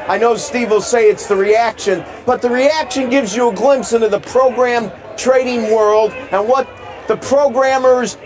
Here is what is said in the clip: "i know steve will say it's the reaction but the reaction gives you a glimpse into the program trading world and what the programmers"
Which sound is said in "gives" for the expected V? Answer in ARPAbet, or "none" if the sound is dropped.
V